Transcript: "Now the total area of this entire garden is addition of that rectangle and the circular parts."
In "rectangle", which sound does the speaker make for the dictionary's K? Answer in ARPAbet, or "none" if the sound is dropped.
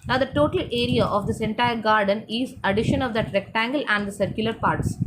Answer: K